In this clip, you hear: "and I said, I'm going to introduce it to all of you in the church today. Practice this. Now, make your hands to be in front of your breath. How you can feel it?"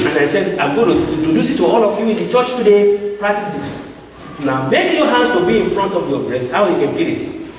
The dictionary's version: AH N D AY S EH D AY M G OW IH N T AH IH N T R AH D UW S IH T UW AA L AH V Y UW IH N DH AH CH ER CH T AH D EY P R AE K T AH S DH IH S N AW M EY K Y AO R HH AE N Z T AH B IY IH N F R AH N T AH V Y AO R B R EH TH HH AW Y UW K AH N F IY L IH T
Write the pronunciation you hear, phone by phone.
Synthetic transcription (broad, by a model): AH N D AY S EH D AY M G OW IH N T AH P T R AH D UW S IH T UW AA L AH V Y UW IH N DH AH CH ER CH T AH D EY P R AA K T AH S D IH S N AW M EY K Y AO HH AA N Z T AH B IY IH N F R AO N T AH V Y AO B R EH S HH AW Y UW K AH N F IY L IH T